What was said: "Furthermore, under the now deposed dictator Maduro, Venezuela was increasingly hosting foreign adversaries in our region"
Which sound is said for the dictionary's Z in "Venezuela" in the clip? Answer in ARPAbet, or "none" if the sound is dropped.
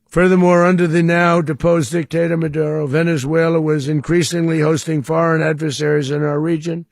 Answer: Z